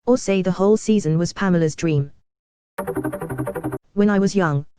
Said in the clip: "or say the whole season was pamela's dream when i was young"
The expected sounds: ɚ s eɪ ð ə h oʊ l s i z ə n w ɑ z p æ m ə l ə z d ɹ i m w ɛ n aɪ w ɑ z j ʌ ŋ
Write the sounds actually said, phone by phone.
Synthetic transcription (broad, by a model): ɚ s eɪ ð ə h oʊ l s i z ə n w ɑ z p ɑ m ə l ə z d ɹ i m w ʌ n aɪ w ɑ z j ʌ ŋ